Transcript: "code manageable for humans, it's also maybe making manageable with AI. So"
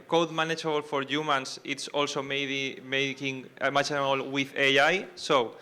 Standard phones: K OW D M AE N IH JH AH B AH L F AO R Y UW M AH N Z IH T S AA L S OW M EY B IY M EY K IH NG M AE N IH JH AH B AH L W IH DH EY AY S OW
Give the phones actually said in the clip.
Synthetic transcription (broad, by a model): K OW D M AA N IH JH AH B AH L F AO R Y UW M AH N S IH T S AA L S OW M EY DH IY M EY K IH NG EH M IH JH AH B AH L W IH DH EY AY S OW